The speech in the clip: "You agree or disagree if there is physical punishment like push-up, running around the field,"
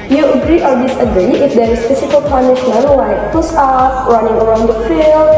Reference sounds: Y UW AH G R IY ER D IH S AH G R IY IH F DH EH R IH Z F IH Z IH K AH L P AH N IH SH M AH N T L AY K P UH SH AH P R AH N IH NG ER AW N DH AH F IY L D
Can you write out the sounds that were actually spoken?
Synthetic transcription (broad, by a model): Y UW AH G R IY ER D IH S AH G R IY IH F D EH R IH S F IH S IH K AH L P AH N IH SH M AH N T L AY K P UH S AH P R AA N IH NG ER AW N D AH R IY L